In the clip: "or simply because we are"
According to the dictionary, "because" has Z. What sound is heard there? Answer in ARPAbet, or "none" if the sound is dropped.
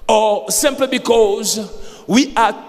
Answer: Z